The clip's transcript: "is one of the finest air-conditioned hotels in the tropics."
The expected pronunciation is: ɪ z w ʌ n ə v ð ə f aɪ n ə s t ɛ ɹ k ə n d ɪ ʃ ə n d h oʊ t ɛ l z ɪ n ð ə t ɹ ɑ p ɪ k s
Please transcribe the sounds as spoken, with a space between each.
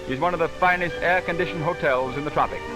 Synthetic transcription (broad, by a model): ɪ z w ʌ n ə v ð ə f aɪ n ə s t ɛ ɹ k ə n d ɪ ʃ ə n h oʊ t ɛ l z ɪ n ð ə t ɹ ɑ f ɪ k